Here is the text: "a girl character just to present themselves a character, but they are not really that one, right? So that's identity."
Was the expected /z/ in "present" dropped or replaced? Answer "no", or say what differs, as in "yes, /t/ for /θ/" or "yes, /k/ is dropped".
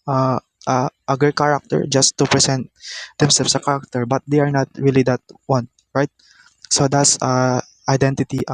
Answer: yes, /s/ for /z/